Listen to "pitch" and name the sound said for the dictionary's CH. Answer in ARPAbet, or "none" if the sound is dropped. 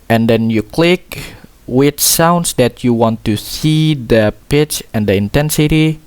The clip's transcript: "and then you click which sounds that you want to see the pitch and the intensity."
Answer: CH